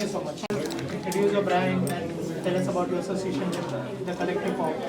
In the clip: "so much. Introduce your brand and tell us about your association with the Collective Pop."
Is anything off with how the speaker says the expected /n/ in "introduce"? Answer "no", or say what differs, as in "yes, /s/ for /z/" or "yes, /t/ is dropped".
yes, /n/ is dropped